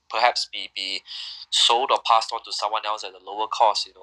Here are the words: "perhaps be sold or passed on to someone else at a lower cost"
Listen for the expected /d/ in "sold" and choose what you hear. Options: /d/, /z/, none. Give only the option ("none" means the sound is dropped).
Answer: /d/